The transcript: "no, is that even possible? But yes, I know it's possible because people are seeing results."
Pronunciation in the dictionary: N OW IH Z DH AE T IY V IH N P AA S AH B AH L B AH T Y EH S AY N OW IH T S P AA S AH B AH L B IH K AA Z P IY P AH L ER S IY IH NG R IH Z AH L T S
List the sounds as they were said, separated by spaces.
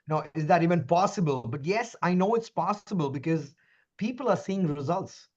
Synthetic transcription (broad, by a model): N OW IH Z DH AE T IY V IH N P AA S AH B AH L B AH T Y EH S AY N OW IH T S P AA S AH B AH L B IH K AA Z P IY P AH L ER S IY IH NG R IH Z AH L T S